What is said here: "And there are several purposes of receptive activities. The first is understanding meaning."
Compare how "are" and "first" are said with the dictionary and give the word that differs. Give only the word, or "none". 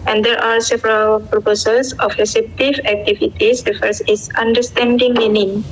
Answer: first